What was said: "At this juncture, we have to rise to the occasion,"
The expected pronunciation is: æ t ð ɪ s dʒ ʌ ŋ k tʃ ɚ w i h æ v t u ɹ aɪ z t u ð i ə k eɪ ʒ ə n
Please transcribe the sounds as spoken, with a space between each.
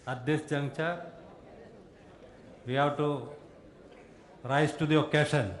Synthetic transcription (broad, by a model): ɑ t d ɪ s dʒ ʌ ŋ tʃ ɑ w i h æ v t u ɹ aɪ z t u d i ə k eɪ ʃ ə n